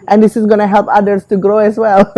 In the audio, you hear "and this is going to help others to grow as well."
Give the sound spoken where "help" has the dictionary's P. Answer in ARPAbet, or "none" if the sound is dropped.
P